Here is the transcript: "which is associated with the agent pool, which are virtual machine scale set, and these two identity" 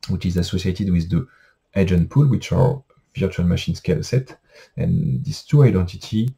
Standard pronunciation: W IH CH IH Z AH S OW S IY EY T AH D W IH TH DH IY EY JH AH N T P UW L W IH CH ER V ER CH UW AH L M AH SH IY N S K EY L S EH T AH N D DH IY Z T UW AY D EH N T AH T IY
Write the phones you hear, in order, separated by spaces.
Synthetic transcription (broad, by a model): W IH CH IH Z AH S OW S IY EY T AH D W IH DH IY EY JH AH N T P UW L W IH CH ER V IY CH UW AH L M AH SH IY N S K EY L S EH T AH N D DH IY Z T UW AY D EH N T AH T IY